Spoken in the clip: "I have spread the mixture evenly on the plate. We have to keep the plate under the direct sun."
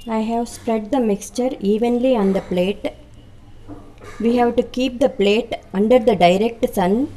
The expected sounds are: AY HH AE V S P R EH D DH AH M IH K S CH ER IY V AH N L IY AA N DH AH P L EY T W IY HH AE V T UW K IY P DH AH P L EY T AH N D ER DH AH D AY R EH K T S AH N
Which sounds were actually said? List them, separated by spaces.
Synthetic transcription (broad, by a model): AY HH AE V S P R EH D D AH M IH K S CH ER IY V AH N L IY AA N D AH P L EY T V IY HH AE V T UW K IY P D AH P L EY T AH N D ER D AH D AY R EH K T S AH N